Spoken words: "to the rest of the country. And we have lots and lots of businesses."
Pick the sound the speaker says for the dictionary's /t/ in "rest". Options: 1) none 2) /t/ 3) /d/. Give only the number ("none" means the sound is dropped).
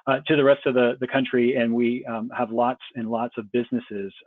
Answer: 2